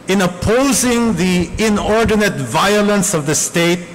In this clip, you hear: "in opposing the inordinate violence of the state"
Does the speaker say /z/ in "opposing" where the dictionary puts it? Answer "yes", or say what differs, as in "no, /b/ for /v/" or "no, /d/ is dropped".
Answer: yes